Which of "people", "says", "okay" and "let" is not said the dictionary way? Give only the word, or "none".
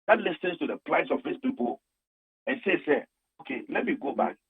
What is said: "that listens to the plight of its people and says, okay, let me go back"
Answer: says